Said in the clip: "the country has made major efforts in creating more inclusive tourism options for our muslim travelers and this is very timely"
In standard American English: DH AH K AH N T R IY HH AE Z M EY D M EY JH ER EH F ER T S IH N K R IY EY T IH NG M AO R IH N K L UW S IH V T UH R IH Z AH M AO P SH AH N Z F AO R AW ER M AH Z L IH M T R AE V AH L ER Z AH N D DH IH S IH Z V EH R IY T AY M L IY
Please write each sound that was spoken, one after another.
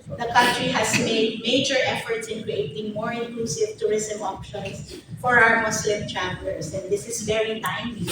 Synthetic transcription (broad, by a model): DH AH K AH N T R IY HH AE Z M EY D M EY JH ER EH F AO T S IH N K R IY EY T IH NG M AO R IH N K L UW S IH V T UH R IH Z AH M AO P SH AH N S F AO R AW ER M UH S L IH M T R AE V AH L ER S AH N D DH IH S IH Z V EH R IY T AY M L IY